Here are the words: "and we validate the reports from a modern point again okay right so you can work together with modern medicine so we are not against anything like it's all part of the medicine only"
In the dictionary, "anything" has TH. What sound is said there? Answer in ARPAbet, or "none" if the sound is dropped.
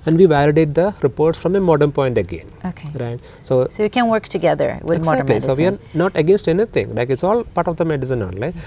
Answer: T